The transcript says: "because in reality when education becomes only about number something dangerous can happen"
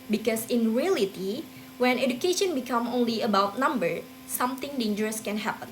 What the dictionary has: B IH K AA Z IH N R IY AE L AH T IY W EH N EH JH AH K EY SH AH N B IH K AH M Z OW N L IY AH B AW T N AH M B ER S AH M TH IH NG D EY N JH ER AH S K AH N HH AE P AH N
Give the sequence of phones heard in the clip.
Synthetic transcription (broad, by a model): B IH K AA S IH N R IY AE L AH T IY W EH N EH JH AH K EY SH AH N B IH K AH M OW N L IY AH B AW T N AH M B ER S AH M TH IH NG D EY N JH ER AH S K AH N HH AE P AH N